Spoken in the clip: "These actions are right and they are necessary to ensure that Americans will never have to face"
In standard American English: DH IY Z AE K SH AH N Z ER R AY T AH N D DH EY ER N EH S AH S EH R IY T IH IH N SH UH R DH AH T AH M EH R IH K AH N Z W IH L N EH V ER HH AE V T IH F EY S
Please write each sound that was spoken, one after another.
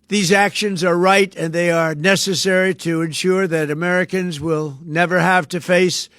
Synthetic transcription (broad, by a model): DH IY Z AE K SH AH N Z ER R AY T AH N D DH EY ER N EH S AH S EH R IY T IH IH N SH UH R DH AH T AH M EH R IH K AH N Z W IH L N EH V ER HH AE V T IH F EY S